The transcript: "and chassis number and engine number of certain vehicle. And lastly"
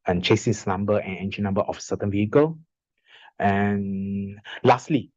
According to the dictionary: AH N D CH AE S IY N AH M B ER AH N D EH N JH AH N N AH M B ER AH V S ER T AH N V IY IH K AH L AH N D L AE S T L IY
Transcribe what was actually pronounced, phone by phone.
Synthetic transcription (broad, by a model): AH N CH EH S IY N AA M B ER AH N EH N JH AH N N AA M B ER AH F S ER T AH N V IY IH K AH L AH N L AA S T L IY